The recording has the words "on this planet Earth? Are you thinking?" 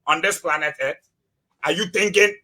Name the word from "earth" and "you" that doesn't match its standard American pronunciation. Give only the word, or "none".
earth